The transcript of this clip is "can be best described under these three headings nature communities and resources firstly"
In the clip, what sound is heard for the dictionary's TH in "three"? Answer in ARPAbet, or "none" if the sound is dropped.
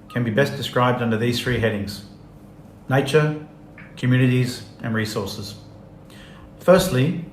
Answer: TH